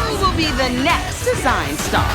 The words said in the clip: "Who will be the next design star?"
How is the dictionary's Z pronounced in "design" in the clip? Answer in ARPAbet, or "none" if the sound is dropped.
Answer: Z